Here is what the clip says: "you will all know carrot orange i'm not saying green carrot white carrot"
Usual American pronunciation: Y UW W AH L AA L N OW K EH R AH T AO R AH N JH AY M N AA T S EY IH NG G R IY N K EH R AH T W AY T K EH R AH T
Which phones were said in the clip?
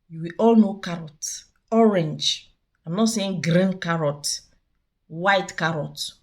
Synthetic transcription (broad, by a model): Y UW W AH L AA L N OW K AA R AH T AO R AH N JH AY M N AA T S EY IH NG G R IY N K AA R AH T W AY T K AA R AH T